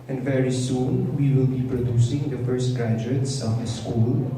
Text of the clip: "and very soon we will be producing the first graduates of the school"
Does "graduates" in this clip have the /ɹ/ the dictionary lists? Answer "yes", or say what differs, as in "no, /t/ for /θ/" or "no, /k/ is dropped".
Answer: no, /ɹ/ is dropped